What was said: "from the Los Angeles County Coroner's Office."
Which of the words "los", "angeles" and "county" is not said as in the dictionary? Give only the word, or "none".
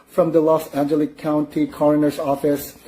angeles